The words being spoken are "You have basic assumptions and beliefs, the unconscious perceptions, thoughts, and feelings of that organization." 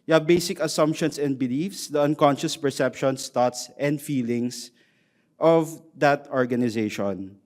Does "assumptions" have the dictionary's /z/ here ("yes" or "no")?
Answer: no